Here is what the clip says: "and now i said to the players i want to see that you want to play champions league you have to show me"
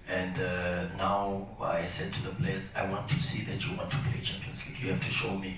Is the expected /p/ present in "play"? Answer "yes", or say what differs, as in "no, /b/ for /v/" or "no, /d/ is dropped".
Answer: yes